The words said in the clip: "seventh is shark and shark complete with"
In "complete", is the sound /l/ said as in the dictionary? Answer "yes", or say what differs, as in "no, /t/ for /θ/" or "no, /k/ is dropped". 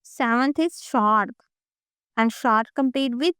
no, /l/ is dropped